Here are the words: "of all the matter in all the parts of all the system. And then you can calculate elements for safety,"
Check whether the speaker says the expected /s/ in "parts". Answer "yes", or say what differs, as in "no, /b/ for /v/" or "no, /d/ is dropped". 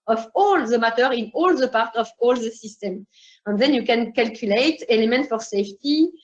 no, /s/ is dropped